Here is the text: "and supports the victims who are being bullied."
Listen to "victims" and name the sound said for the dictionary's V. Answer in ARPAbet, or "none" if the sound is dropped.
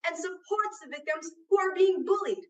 V